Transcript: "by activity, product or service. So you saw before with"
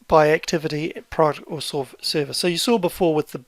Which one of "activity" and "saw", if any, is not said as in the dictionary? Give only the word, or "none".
none